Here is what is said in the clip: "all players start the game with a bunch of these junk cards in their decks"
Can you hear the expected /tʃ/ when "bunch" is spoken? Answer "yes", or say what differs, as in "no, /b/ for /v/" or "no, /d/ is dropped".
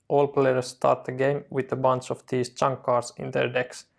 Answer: no, /s/ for /tʃ/